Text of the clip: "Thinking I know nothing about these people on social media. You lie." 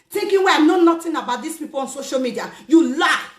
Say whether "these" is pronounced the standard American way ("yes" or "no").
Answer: no